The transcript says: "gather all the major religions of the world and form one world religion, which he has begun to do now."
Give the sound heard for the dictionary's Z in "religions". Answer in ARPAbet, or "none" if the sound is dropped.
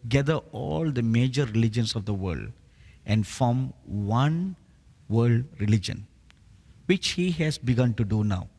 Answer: S